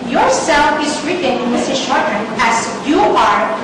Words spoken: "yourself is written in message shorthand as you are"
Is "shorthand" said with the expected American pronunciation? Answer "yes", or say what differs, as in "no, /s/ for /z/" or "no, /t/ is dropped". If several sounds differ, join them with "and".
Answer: no, /d/ is dropped